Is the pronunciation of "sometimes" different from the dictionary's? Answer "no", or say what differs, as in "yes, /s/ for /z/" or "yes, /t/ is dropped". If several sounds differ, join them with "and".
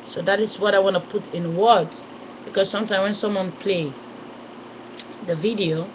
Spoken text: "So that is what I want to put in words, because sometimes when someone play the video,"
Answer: yes, /z/ is dropped